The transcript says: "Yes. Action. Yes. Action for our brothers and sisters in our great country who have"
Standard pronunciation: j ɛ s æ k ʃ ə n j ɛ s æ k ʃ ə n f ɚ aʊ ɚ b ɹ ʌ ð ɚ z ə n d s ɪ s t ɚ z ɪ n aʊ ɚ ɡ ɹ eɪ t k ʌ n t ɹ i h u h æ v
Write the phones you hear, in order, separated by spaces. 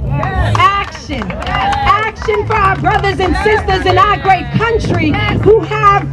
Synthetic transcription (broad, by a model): æ k ʃ ə n æ k ʃ ə n f ɚ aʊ ɚ b ɹ ʌ ð ɚ z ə n s ɪ s t ɚ z ɪ n aʊ ɚ ɡ ɹ eɪ t k ʌ n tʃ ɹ i h u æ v